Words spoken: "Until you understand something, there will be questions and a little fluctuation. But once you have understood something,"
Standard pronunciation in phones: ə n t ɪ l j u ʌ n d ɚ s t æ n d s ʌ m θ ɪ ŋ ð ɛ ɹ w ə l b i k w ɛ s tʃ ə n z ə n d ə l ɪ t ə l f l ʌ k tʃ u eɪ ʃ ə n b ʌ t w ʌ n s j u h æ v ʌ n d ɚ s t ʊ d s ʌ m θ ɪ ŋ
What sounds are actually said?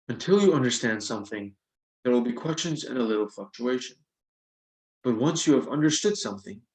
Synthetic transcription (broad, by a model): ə n t ɪ l j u ʌ n d ɚ s t æ n d s ʌ m θ ɪ ŋ ð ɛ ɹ w ə l b i k w ɛ s tʃ ə n z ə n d ə l ɪ t l f l ʌ k tʃ u eɪ ʃ ə n b ʌ t w ʌ n s j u v ʌ n d ɚ s t ʊ d s ʌ m θ ɪ ŋ